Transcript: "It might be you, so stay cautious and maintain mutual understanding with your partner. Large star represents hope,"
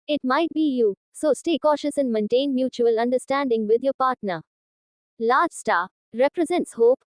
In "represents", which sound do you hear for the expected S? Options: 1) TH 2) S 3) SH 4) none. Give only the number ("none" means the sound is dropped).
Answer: 2